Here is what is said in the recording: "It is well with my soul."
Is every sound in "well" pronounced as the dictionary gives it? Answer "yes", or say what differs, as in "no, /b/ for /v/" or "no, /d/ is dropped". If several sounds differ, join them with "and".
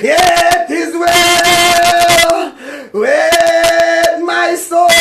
no, /w/ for /l/